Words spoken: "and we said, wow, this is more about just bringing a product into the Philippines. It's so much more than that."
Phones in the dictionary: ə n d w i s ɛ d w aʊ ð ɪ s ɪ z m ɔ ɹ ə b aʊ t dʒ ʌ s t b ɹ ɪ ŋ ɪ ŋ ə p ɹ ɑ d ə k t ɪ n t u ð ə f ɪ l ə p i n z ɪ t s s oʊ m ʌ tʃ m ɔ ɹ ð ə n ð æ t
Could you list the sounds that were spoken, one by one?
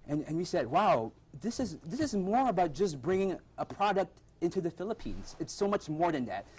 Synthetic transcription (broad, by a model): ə n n w i s ɛ d w aʊ ð ɪ s ɪ z m ɔ ɹ ə b aʊ t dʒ ʌ s b ɹ ɪ ŋ ɪ ŋ ə p ɹ ɑ d ə k t ɪ n t u ð ə f ɪ l ə p i n z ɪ t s s oʊ m ʌ tʃ m ɔ ɹ ð ə n ð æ t